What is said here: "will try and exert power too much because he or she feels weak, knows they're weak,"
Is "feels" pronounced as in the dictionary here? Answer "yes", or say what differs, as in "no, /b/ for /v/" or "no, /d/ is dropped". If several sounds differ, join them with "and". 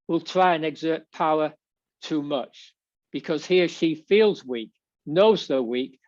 yes